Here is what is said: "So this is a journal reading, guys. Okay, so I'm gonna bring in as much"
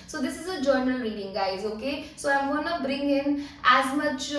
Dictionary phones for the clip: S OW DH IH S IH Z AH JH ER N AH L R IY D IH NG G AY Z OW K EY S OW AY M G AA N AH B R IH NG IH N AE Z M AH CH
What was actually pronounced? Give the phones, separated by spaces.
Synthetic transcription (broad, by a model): S OW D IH S IH Z AH JH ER N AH L R IY D IH NG G AY Z OW K EY S OW AY M G AA N AH B R IH NG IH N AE Z M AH CH